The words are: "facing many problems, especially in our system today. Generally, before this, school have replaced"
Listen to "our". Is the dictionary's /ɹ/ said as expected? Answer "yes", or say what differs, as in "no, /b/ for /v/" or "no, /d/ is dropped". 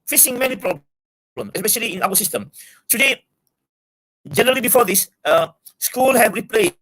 no, /w/ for /ɹ/